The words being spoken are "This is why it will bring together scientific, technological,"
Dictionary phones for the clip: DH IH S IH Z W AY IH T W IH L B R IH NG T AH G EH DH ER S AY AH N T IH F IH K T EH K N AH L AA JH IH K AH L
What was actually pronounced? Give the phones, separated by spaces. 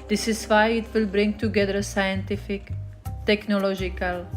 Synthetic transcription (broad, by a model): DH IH S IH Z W AY IH T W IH L B R IH NG T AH G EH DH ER S AY AH N T IH F IH K T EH K N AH L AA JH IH K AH L